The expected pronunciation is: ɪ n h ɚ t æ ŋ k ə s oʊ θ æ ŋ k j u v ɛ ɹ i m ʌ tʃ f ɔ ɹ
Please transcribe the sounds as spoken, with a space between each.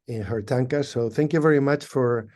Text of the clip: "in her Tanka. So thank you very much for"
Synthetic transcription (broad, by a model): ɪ n h ɚ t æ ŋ k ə s oʊ θ æ ŋ k j u v ɛ ɹ i m ʌ tʃ f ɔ ɹ